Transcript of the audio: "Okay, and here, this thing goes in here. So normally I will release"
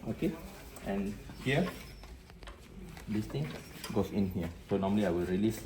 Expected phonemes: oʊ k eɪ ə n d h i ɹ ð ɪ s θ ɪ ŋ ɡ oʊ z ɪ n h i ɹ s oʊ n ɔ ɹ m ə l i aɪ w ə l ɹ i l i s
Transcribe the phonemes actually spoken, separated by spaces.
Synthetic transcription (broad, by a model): oʊ k eɪ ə n h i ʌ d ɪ s t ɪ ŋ ɡ oʊ s ɪ n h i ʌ s oʊ n ɔ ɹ m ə l i aɪ w ə l ɹ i l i s